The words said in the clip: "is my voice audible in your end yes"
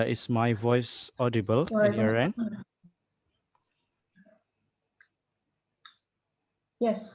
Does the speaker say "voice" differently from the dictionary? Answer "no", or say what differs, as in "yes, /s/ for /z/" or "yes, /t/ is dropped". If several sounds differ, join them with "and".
no